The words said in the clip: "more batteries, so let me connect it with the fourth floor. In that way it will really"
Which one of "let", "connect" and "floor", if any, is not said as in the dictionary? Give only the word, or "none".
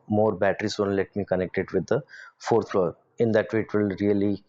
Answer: none